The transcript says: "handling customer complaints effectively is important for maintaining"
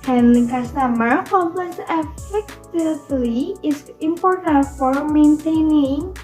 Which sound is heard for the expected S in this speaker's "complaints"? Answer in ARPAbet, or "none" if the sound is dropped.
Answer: none